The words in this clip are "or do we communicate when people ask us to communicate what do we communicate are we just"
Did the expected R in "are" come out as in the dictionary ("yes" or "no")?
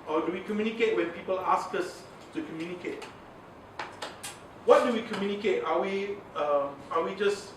no